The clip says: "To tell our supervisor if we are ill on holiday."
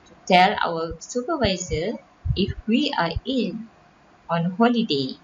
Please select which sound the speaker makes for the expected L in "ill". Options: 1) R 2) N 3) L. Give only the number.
2